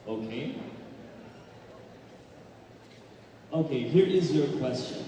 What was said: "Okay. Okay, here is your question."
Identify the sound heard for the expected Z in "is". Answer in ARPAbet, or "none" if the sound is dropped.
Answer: Z